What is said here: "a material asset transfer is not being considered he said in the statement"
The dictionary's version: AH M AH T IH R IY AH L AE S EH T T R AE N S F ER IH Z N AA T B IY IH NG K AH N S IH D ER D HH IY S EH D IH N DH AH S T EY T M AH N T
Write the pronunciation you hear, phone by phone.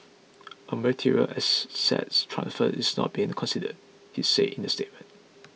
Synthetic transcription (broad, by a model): AH M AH T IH R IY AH L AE S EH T T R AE N S F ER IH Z N AA T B IY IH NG K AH N S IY D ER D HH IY S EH IH N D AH S T EY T M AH N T